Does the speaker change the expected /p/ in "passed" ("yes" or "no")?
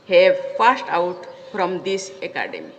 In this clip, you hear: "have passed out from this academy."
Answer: yes